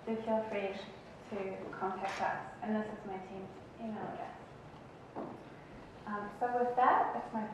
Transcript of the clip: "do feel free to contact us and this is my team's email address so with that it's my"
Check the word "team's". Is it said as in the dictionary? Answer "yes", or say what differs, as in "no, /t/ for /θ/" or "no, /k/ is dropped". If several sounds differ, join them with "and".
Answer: no, /z/ is dropped